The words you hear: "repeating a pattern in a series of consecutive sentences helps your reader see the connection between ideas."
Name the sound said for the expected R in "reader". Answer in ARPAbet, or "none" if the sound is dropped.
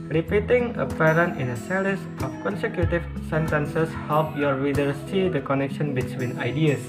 W